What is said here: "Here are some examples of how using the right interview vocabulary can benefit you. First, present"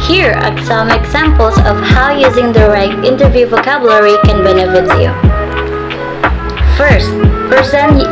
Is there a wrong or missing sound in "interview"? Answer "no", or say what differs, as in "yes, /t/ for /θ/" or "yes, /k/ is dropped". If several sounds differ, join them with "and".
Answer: no